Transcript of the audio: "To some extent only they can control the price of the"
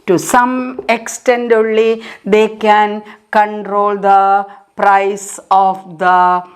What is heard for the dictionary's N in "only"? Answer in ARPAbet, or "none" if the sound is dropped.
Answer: none